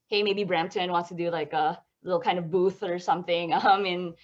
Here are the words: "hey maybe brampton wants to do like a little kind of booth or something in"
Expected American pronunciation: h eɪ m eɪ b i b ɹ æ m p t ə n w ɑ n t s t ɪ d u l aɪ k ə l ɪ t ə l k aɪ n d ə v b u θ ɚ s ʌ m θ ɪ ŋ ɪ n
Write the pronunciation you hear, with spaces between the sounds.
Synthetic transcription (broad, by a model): h eɪ m eɪ b i b ɹ æ m p t ə n w ɑ n t s t ɪ d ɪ l aɪ k ə l ɪ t l k aɪ n d ə v b u θ ɚ s ʌ m θ ɪ ŋ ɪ n